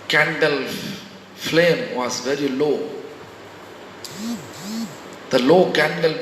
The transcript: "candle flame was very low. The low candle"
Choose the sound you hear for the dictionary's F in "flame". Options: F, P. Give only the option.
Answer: F